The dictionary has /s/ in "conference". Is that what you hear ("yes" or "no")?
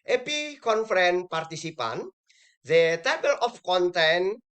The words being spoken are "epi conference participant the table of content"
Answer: no